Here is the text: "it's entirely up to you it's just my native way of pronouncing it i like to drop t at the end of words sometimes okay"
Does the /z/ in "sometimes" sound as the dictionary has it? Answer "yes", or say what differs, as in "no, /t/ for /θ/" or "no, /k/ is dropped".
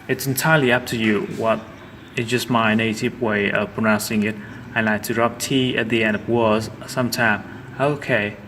no, /z/ is dropped